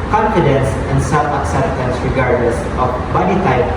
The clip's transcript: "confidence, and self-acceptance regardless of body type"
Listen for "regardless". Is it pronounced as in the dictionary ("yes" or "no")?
yes